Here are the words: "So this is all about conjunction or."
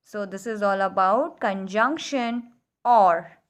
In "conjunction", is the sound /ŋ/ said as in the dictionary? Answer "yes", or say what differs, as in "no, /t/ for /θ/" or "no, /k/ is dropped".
yes